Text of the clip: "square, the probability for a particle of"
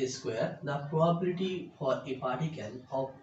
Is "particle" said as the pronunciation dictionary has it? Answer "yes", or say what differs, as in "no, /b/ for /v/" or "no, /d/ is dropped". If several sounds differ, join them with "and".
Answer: no, /n/ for /l/